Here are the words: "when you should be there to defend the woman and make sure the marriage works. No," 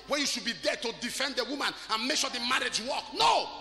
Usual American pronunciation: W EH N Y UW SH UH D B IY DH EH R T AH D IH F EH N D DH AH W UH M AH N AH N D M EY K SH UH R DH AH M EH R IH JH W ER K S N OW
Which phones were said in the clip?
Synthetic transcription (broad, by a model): W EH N Y UW SH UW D B IY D EH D T AH D IH F EH N D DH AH W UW M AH N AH N M EY K SH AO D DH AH M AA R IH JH W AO K N OW